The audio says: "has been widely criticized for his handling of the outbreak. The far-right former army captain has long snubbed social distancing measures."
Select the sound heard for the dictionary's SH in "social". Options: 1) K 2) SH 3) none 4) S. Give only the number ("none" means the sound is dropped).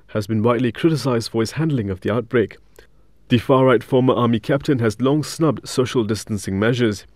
2